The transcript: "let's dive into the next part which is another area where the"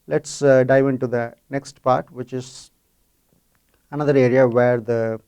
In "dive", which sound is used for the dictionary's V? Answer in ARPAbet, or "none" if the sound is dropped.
V